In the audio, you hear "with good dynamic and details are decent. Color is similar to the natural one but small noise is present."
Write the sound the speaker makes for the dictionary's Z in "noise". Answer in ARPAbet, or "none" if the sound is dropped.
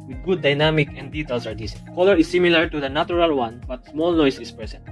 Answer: S